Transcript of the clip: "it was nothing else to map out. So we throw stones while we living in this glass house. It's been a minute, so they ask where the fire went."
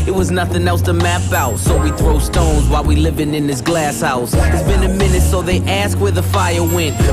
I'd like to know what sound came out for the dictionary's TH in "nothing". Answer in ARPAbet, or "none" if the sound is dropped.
TH